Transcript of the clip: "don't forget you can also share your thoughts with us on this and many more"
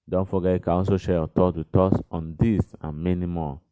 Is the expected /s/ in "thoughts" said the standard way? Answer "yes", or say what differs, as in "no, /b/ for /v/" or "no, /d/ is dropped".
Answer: no, /s/ is dropped